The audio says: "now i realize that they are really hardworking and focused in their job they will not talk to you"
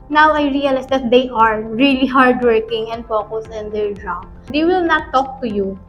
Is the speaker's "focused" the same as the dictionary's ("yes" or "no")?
no